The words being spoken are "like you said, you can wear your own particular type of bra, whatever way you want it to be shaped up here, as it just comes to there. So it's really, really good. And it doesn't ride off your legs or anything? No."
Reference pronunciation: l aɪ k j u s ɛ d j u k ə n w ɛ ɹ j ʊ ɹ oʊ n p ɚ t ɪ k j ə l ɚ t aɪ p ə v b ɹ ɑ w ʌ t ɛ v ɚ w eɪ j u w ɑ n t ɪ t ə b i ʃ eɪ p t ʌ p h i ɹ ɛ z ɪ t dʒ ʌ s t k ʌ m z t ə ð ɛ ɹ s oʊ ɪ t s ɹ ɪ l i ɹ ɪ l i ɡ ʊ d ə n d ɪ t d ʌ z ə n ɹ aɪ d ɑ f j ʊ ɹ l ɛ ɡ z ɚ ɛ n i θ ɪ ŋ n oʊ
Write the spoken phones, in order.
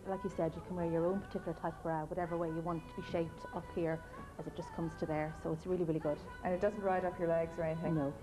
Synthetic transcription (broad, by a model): l aɪ k j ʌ s ɛ d j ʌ k ə n w ɛ ɹ j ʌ ɹ oʊ n p ɚ t ɪ k j ə l ɚ t aɪ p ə ɹ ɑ w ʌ t ɛ v ɚ w eɪ j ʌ w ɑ n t t ə b i ʃ eɪ p t ʌ p h i ɹ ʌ z ɪ t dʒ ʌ s k ʌ m z t ə ð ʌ ɹ s oʊ ɪ t s ɹ ɪ l i ɹ ɪ l i ɡ ʊ d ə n ɪ t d ʌ z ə n ɹ aɪ d ɑ f j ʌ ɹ l ɛ ɡ z ɚ ɛ n i θ ɪ ŋ n oʊ